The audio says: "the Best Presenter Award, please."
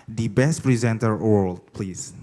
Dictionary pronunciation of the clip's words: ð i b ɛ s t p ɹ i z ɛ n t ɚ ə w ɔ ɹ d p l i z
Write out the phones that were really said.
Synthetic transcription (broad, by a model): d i b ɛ s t p ɹ i z ɛ n t ɚ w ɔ l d p l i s